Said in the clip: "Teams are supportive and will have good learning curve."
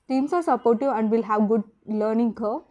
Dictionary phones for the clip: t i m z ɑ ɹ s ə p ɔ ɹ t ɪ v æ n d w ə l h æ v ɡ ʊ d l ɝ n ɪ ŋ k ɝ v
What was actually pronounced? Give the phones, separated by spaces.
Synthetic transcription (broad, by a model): t i m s ɑ ɹ s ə p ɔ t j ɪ æ n d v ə l h æ v ɡ ʊ d l ɝ n ɪ ŋ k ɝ